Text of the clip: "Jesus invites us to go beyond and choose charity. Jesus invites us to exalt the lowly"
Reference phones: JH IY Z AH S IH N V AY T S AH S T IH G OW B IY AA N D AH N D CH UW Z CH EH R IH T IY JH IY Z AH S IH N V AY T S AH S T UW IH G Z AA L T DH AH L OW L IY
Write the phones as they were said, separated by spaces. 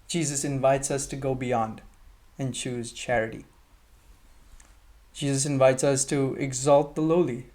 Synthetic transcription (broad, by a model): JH IY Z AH S IH N V AY T S AH S T IH G OW B IY AA N D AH N CH UW Z CH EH R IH T IY JH IY Z AH S IH N V AY T S AH S T UW IH G Z AA L T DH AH L OW L IY